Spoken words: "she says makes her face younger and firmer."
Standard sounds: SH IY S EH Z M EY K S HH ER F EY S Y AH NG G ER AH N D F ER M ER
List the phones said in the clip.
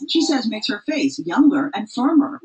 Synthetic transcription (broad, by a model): SH IY S EH Z M EY K S HH ER F EY S Y AH NG G ER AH N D F ER M ER